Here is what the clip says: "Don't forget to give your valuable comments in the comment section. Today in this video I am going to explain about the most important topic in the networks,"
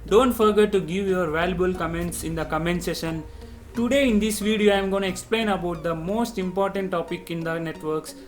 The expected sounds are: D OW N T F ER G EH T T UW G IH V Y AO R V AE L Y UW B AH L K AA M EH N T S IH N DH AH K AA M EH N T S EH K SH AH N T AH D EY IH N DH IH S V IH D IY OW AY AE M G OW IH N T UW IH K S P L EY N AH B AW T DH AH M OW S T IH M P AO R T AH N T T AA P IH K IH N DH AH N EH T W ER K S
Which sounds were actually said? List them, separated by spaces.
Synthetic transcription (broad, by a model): D OW N T F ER G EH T T UW G IH V Y AO R V AE L Y UW B AH L K AA M EH N T S IH N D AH K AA M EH N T S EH SH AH N T AH D EY IH N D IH S V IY D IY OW AY M G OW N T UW IH K S P L EY N AH B AW T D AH M OW S T IH M P AO R T AH N T T AA P IH K IH N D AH N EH T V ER K S